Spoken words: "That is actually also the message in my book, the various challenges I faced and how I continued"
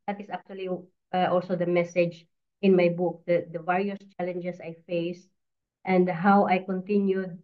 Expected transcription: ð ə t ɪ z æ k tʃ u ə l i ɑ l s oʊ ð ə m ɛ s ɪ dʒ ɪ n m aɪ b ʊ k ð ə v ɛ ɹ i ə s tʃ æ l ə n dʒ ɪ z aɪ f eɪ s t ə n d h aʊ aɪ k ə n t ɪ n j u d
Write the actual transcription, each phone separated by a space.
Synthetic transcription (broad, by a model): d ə t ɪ s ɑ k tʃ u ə l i ɑ l s oʊ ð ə m ɛ s ɪ dʒ ɪ n m aɪ b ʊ k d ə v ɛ ɹ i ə s tʃ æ l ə n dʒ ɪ s aɪ f eɪ s t ə n d h aʊ aɪ k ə n t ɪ n j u d